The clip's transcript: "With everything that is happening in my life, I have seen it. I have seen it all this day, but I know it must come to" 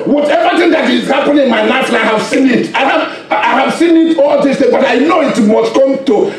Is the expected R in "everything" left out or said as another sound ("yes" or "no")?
yes